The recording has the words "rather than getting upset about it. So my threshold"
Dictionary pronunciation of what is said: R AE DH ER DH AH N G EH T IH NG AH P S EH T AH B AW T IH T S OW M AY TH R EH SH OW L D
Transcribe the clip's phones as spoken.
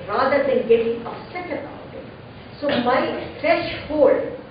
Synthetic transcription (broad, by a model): R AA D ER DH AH N G EH T IH NG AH S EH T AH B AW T IH T S OW M AY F R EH SH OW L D